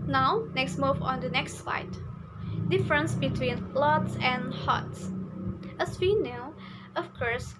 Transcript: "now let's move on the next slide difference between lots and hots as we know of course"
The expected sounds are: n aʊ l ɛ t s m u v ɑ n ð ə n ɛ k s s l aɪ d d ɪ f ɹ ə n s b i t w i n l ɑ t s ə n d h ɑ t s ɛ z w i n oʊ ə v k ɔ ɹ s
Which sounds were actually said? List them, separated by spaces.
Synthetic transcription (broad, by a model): n aʊ n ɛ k s m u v ɑ n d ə n ɛ k s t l aɪ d d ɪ f ɹ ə n s b i t w i n l ɑ t s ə n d h ɑ t s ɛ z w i n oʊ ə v k ɔ ɹ s